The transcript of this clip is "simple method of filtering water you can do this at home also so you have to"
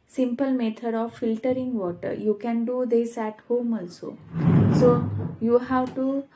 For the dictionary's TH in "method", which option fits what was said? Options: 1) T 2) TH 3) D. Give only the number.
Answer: 1